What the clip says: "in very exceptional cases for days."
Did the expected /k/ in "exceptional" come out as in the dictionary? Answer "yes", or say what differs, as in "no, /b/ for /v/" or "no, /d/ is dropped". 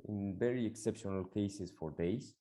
yes